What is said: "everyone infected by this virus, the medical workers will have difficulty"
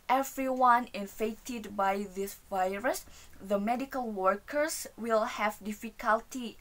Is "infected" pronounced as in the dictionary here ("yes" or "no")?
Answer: no